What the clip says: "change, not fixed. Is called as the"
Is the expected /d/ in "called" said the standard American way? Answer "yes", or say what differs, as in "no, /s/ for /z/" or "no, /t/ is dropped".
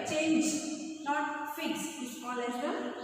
no, /d/ is dropped